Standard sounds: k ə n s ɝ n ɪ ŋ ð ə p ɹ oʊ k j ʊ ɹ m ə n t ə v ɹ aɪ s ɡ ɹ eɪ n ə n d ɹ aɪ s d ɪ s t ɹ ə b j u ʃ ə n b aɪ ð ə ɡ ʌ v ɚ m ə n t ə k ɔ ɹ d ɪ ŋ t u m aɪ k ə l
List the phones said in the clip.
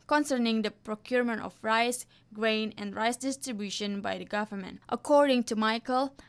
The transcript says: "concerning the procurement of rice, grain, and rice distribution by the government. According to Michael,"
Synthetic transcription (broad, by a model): k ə n s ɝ n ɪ ŋ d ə p ɹ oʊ k j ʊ ɹ m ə n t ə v ɹ aɪ s ɡ ɹ eɪ n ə n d ɹ aɪ s d ɪ s t ɹ ə b j u ʃ ə n b aɪ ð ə ɡ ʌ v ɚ m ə n t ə k ɔ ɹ d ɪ ŋ t u m aɪ k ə l